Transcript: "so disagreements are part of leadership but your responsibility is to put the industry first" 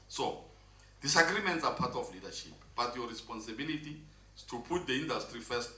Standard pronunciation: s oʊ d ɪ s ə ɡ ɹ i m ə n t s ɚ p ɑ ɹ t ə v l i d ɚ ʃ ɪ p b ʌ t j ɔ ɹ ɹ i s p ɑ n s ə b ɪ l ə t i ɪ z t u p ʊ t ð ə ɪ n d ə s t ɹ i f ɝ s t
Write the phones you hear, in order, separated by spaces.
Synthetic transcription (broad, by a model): s oʊ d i s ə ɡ ɹ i m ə n t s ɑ p ɑ t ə f l i d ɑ ʃ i p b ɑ t j ɔ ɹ ɹ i s p ɑ n s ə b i l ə t i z t u p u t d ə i n d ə s t ɹ i f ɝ s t